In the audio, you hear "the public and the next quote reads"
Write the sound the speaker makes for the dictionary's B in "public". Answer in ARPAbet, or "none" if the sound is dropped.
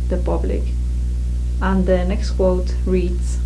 B